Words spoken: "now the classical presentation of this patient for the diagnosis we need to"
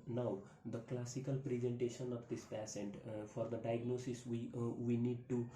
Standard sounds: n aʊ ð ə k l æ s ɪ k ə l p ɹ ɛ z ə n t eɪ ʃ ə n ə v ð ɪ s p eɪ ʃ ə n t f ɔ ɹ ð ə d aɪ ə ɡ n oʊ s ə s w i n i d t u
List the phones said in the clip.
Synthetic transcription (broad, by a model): n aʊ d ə k l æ s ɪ k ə l p ɹ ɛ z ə n t eɪ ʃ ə n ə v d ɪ s p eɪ s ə n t f ɔ ɹ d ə d aɪ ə ɡ n oʊ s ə s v i n i d t u